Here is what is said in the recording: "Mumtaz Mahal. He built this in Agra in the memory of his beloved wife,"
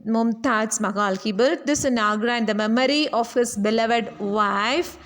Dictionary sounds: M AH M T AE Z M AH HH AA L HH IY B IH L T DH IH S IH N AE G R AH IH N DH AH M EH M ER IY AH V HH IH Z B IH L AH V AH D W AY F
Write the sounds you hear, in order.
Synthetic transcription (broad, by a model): M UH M T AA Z M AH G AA L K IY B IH T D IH S IH N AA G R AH IH N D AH M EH M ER IY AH F HH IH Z B IH L AH V AH D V AY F